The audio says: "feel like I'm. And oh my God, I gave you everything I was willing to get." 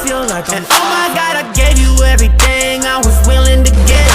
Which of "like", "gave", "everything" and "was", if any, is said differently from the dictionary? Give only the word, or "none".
none